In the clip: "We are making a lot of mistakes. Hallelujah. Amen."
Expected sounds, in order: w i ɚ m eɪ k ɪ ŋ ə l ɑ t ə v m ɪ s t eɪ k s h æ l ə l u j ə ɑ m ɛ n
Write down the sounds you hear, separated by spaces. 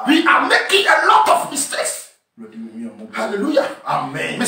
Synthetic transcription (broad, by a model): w i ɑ m eɪ k ɪ ŋ ə l ɑ t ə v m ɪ s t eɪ s h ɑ l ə l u j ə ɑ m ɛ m